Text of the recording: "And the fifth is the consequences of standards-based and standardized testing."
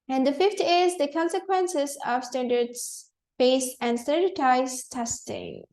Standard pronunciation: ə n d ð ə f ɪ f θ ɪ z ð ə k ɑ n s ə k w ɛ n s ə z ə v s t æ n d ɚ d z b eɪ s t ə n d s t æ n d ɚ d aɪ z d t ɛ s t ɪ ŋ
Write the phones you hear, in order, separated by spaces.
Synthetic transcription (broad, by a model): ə n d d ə f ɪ f t ɪ z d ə k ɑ n s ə k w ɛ n s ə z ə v s t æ n d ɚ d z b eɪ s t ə n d s t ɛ d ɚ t aɪ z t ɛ s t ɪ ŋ